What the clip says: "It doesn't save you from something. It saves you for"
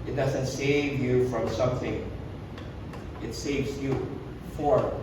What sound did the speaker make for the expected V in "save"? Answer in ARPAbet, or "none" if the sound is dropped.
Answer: V